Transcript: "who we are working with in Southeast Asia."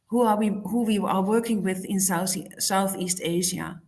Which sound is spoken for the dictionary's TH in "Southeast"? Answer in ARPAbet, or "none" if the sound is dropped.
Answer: TH